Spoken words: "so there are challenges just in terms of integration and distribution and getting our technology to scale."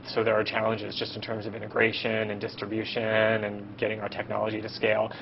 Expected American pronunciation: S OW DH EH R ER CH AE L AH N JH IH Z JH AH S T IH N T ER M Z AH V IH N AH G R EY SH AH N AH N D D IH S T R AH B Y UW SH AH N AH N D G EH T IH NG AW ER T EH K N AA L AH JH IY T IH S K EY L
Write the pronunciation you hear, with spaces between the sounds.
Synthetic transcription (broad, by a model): S OW DH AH R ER CH AE L AH N JH IH Z JH AH S T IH N T ER M Z AH V IH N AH G R EY SH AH N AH N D D IH S T R AH B Y UW SH AH N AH N G EH T IH NG AW ER T EH K N AA L AH JH IY T IH S K EY L